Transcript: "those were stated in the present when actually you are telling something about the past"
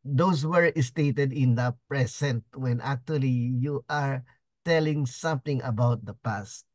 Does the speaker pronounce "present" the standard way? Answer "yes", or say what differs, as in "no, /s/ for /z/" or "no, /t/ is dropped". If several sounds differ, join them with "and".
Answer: no, /s/ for /z/